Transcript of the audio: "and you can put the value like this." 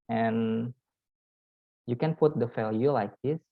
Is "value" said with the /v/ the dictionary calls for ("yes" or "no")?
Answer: no